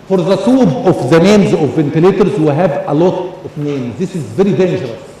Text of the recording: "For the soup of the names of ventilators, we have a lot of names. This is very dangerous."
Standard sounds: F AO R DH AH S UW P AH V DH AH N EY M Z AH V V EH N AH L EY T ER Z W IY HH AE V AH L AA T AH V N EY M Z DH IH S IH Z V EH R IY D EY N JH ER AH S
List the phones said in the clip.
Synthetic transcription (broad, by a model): F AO R DH AH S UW B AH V DH AH N EY M Z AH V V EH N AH L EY T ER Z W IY HH AE V AH L AA T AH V N EY M Z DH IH S IH Z V EH R IY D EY N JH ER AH S